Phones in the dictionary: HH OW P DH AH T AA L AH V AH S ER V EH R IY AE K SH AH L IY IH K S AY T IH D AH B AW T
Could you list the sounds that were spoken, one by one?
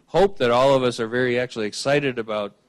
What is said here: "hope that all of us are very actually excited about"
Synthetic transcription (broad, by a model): HH OW P DH AH T AA L AH V AH S ER V EH R IY AE K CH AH L IY IH K S AY T IH D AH B AW T